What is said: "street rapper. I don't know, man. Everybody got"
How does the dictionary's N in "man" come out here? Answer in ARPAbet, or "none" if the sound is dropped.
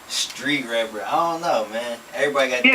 N